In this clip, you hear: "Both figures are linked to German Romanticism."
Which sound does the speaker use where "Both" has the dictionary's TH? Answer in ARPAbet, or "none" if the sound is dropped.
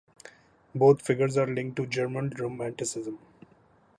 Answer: T